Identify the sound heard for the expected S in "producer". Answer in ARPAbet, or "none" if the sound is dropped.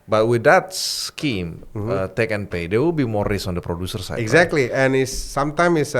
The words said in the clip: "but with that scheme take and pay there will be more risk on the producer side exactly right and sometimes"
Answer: S